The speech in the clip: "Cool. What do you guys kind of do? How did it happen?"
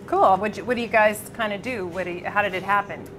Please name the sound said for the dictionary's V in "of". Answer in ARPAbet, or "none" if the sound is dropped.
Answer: W